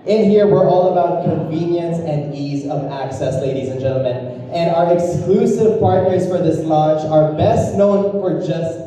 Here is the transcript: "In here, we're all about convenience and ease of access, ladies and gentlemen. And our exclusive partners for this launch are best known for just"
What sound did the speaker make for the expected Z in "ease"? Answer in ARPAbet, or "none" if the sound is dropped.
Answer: Z